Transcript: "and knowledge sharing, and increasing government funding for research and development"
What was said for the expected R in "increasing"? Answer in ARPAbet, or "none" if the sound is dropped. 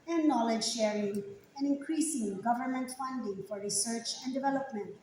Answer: R